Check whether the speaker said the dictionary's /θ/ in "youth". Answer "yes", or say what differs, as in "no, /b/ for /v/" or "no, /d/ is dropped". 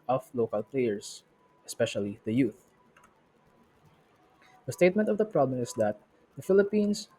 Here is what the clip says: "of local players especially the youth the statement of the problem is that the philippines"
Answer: yes